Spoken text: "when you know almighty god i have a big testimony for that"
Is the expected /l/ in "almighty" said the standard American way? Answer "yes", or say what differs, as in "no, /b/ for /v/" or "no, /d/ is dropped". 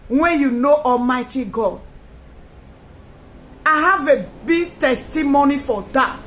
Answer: yes